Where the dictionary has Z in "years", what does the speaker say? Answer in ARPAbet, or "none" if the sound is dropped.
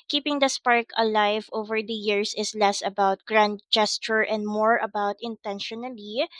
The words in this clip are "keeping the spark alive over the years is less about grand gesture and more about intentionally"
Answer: S